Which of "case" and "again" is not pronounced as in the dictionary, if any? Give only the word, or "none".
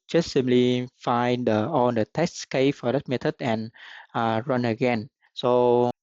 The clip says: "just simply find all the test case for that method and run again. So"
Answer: case